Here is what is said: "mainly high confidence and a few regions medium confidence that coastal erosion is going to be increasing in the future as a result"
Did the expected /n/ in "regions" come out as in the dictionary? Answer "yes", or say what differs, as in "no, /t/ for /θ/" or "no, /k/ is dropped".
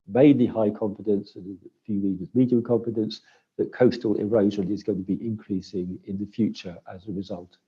no, /n/ is dropped